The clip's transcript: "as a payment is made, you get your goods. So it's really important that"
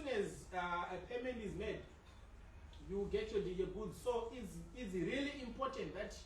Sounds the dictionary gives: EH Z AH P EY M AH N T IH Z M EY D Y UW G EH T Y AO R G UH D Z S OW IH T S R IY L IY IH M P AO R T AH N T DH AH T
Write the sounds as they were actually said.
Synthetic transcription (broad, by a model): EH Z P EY M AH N IH Z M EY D Y UW G EH T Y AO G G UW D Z S OW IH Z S R IY L IY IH M P AO T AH N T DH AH T